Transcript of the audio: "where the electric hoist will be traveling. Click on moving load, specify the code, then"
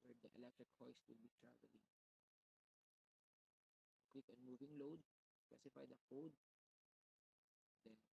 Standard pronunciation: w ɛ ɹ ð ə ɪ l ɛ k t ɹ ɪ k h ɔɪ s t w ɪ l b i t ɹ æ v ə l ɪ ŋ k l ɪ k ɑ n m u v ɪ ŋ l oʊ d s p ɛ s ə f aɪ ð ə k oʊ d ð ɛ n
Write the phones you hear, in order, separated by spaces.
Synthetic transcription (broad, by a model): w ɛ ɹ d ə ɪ l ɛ k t ɹ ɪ k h ɔɪ s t w ɪ l b i t ɹ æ v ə l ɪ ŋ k w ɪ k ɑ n m u v ɪ ŋ l oʊ d s p ɛ s ə f aɪ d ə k oʊ d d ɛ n